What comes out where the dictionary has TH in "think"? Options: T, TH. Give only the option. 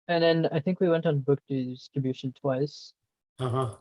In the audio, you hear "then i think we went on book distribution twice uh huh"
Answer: TH